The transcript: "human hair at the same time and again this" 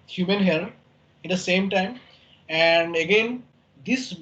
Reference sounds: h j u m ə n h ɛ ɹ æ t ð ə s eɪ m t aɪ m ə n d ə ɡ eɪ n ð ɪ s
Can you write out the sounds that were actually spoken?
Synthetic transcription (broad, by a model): h j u m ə n h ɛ l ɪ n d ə s eɪ m t aɪ m ə n d ə ɡ eɪ n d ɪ s